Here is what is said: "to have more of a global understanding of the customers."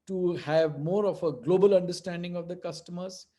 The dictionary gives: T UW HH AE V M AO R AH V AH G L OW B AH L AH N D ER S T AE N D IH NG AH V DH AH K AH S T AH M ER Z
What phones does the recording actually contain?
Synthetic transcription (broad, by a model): T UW HH AE V M AO R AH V AH G L OW B AH L AH N D ER S T AE N D IH NG AH V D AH K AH S T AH M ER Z